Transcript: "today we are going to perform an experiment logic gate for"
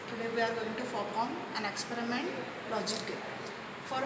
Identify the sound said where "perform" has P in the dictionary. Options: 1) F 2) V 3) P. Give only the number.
1